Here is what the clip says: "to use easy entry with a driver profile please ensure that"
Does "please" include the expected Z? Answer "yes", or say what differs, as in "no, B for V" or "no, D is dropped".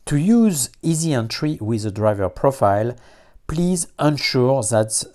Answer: yes